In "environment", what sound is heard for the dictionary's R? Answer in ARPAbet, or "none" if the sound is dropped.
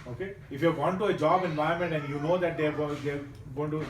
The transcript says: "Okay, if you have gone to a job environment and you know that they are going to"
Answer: none